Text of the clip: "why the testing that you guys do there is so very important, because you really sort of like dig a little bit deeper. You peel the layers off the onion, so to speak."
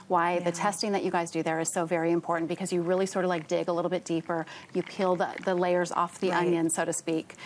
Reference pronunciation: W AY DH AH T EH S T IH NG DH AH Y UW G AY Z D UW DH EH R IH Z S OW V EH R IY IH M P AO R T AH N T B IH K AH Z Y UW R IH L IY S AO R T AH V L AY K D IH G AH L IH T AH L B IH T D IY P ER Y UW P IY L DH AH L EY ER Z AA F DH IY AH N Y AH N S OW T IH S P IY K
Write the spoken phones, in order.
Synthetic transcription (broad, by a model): W AY DH AH T EH S T IH NG DH AH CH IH G AY Z D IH DH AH R IH Z S OW V EH R IY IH M P AO R T N B IH K AH Z Y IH R IH L IY S AO R T AH V L AY K D IH G AH L IH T L B IH T D IY P ER Y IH P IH L DH AH L EY ER Z AA F DH IY AH N Y AH N S OW T IH S P IY K